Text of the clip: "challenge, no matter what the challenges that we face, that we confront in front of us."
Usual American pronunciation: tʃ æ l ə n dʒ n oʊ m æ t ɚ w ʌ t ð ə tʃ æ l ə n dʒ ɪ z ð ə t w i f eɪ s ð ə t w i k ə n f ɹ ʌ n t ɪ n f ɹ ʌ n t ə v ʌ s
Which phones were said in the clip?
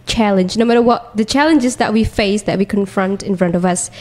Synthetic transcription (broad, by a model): tʃ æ l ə n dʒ n oʊ m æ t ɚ w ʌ t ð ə tʃ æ l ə n dʒ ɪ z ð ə t w i f eɪ s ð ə t w i k ə n f ɹ ʌ n t ɪ n f ɹ ʌ n t ə v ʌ s